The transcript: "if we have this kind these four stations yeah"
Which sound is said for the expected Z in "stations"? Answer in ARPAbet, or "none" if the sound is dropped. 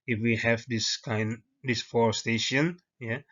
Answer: none